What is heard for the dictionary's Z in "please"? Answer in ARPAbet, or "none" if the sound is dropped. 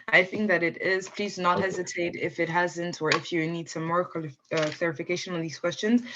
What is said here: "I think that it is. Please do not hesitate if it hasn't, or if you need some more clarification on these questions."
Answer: Z